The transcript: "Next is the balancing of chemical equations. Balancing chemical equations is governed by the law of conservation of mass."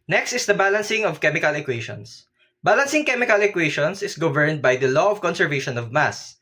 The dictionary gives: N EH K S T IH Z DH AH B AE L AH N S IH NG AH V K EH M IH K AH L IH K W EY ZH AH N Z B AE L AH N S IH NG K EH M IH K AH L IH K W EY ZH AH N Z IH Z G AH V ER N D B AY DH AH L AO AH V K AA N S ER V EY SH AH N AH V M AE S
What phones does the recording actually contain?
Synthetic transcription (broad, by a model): N EH K S T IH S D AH B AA L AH N S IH NG AH V K EH M IH K AH L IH K W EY SH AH N S B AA L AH N S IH NG K EH M IH K AH L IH K W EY SH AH N S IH S G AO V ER N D B AY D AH L AO AH V K AA N S ER V EY SH AH N AH V M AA S